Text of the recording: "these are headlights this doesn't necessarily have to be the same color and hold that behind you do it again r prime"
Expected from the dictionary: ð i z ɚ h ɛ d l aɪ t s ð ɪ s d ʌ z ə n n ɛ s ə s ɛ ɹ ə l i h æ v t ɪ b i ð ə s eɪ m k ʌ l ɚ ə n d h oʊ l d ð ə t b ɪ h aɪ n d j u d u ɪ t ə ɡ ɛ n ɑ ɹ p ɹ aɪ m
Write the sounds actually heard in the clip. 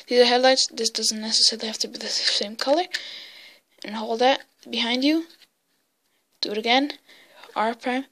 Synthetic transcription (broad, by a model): ð i z ɚ h ɛ d l aɪ t s ð ɪ s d ʌ z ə n n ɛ s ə s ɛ ɹ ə l i h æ f t ɪ b i ð ə s eɪ m k ʌ l ɚ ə n h oʊ l d ð ə t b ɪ h aɪ n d j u d u ɪ t ə ɡ ɛ n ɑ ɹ p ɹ aɪ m